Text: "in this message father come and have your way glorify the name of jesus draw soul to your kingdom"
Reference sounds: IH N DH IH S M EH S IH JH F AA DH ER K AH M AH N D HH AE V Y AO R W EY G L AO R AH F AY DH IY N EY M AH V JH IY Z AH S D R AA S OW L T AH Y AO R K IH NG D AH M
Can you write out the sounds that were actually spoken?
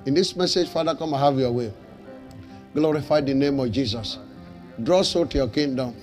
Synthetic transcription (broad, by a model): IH N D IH S M EH S IH JH F AA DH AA K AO M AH HH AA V Y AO W EY G L AO R AH F AY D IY N EY M AH V JH IY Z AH S D R AA S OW T Y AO K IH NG D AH M